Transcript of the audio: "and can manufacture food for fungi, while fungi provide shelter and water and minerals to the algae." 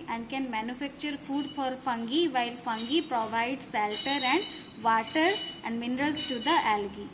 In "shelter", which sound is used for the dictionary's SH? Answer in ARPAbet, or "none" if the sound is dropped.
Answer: S